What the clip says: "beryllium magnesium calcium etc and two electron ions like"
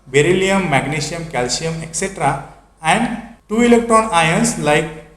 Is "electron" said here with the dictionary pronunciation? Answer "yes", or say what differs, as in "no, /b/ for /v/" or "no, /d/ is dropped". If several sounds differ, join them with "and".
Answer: no, /ɹ/ is dropped